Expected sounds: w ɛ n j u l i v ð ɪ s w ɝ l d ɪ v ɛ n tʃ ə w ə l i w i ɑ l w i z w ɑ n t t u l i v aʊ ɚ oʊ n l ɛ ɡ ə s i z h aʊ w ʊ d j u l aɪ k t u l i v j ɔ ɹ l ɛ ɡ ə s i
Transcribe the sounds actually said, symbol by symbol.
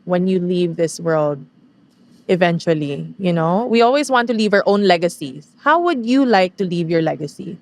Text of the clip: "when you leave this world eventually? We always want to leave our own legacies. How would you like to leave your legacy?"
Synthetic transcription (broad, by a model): w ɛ n j u l i v ð ɪ s w ɝ l d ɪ v ɛ n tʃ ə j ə n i w i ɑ l w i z w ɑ n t t u l i v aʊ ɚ oʊ n l ɛ ɡ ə s i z h aʊ w ʊ d j u l aɪ k t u l i v j ɔ ɹ l ɛ ɡ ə s i